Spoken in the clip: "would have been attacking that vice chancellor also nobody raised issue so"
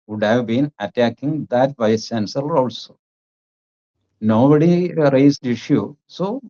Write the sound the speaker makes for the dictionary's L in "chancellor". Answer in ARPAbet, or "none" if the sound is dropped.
none